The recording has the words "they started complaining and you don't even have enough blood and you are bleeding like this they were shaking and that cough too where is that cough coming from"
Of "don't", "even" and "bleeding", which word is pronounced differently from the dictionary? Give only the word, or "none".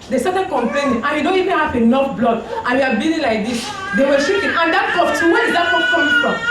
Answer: bleeding